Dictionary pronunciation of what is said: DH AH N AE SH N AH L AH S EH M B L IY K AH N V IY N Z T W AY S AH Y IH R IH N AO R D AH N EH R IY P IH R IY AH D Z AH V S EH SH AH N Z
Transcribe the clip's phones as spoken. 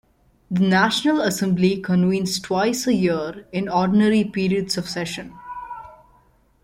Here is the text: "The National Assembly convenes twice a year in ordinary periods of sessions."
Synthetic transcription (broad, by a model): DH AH N AE SH N AH L AH S EH M B L IY K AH N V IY N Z T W AY S AH Y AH R IH N AO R D N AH R IY P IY R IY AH D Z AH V S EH SH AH N